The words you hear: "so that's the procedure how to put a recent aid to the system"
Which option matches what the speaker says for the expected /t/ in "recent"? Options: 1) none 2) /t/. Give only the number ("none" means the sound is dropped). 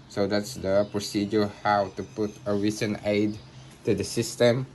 1